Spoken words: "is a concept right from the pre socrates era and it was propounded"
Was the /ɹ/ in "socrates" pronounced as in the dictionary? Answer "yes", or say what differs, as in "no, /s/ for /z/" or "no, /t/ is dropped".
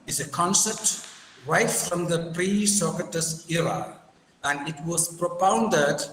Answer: no, /ɹ/ is dropped